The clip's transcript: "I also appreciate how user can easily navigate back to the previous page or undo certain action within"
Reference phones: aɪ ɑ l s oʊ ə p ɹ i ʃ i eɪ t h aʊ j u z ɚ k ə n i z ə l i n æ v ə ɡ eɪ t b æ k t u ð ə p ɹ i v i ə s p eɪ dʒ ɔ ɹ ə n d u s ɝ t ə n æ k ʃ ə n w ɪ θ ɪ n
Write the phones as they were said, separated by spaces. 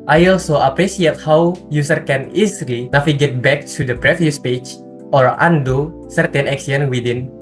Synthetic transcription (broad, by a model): aɪ ɑ l s oʊ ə p ɹ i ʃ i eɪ t h aʊ j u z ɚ k ə n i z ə l i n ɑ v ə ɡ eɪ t b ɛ k t u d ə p ɹ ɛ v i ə s p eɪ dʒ ɔ ɹ ə n d u s ɝ t ə n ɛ k s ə n w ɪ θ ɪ n